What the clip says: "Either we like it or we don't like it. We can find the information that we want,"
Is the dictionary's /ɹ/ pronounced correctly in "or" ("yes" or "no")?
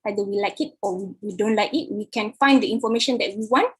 no